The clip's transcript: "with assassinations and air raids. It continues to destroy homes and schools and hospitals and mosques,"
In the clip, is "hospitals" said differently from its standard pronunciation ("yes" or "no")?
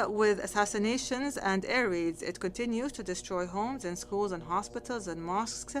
no